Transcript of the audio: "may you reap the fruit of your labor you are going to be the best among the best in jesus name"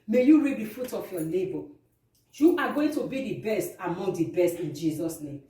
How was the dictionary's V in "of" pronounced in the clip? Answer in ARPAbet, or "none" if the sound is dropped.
F